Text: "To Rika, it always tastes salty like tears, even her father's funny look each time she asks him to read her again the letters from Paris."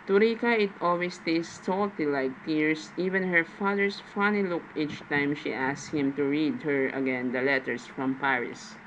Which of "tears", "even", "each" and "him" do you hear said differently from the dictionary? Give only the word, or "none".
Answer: tears